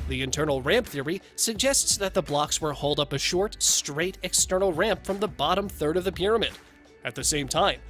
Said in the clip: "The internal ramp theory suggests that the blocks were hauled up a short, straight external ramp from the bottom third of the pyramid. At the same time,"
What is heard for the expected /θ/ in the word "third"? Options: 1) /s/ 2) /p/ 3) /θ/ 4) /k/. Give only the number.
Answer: 3